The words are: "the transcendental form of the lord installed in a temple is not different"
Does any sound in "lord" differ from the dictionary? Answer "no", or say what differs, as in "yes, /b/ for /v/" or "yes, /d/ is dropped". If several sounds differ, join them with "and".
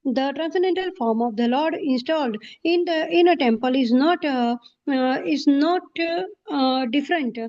no